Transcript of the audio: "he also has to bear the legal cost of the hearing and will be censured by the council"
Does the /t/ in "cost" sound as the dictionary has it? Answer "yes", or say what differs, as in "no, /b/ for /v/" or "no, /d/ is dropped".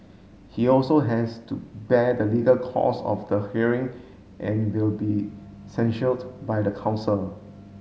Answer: no, /t/ is dropped